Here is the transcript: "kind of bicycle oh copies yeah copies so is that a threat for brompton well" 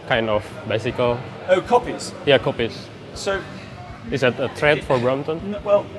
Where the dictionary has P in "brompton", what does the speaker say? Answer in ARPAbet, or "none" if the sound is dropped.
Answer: none